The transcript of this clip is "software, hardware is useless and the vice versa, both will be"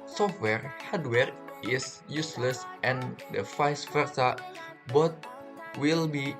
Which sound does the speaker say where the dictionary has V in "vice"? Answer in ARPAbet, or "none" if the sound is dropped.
F